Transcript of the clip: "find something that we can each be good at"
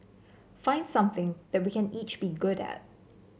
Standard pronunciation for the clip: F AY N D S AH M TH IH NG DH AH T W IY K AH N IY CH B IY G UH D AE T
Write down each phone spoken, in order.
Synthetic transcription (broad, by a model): F AY N D S AH M TH IH NG DH AH T W IY K AH N IY CH B IY G UH D AE T